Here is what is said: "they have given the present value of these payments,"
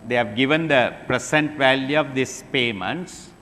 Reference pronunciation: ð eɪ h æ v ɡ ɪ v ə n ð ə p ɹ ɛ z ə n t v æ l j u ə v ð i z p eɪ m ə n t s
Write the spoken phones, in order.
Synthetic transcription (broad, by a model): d eɪ h æ v ɡ ɪ v ə n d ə p ɹ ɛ s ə n t v æ l j u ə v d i s p eɪ m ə n t s